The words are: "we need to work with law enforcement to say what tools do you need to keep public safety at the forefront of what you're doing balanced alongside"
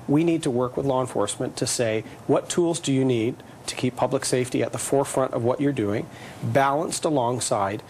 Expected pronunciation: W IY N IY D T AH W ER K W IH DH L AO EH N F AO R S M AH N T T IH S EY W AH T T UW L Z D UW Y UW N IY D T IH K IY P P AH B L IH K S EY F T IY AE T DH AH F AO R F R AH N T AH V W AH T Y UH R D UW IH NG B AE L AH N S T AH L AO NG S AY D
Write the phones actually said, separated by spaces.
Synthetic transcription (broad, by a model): W IY N IY D T AH W ER K W IH DH L AO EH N F AO R S M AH N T T IH S EY W AH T T UW L Z D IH Y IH N IY D T IH K IY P P AH B L IH K S EY F T IY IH T DH AH F AO R F R AH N T AH V W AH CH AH R D UW IH NG B AE L AH N S T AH L AO NG S AY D